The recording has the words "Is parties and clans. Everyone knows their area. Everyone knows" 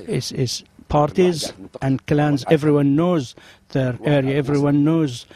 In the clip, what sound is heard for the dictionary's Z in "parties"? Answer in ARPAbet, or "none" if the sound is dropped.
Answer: Z